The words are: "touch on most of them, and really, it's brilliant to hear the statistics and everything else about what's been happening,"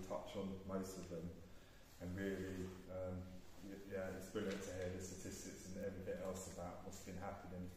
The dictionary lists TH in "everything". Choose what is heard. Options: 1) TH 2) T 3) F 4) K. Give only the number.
1